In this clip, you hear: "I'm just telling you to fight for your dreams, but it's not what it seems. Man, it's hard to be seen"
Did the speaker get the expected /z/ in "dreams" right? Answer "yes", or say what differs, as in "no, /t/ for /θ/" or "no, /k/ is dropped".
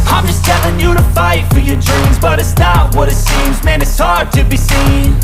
yes